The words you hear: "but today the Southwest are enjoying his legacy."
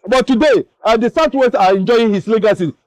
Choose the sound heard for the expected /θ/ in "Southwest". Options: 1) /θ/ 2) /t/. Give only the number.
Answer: 2